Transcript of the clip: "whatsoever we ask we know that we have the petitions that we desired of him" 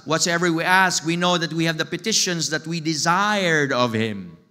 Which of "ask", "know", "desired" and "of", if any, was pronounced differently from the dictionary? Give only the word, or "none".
none